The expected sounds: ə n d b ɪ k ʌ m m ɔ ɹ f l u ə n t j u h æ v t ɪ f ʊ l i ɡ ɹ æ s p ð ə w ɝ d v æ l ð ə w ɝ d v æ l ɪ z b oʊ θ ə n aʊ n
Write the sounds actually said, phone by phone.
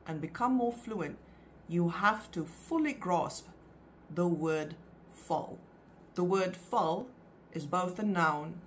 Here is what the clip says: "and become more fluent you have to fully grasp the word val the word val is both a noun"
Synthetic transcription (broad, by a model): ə n b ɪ k ʌ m m ɔ ɹ f l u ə n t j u h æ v t ɪ f ʊ l i ɡ ɹ æ s p ð ə w ɝ d f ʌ l ð ə w ɝ d f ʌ l ɪ z b oʊ θ ə n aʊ n